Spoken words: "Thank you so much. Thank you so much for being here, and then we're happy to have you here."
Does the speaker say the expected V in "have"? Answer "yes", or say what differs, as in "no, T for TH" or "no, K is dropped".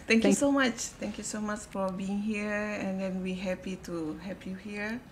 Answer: no, P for V